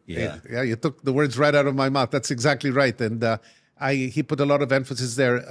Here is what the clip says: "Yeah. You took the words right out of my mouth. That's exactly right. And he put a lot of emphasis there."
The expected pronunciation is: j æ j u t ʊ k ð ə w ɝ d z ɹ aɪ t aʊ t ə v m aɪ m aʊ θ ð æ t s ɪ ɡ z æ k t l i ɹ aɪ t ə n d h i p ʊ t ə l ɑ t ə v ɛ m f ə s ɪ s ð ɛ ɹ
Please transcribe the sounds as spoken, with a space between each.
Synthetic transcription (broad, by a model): j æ j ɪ t ʊ k ð ə w ɝ d z ɹ aɪ t aʊ t ə v m aɪ m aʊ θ ð æ t s ɪ ɡ z æ k t l i ɹ aɪ t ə n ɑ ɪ i p ʊ t ə l ɑ t ə v ɛ m f ə s ɪ s ð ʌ ɹ